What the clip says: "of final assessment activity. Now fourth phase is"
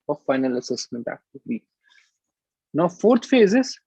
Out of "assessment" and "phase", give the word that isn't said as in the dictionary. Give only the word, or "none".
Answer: none